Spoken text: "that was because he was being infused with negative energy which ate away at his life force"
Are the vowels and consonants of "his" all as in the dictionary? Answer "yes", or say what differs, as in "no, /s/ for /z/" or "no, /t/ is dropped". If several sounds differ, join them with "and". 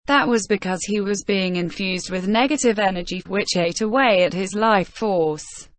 yes